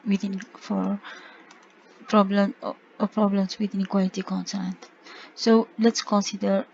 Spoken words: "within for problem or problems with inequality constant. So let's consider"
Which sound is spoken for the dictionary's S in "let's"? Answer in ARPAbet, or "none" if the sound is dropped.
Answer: S